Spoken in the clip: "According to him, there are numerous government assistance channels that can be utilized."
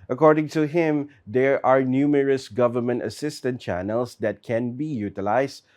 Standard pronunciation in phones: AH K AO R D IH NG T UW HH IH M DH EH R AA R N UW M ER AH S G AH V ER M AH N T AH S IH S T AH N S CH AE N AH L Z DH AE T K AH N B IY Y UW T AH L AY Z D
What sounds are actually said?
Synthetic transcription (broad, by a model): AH K AO R D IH NG T UW HH IH M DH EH R AA R N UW M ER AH S G AH V ER M AH N T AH S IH S T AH N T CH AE N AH L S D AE T K AH N B IY Y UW T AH L AY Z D